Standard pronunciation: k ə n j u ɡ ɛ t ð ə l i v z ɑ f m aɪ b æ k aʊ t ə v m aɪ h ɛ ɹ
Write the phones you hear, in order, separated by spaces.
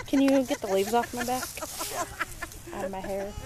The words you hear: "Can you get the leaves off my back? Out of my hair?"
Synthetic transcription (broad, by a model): k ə n j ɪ ɡ ɛ t ð ə l i v z ɑ f m aɪ b æ k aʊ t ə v m aɪ h ɛ ɹ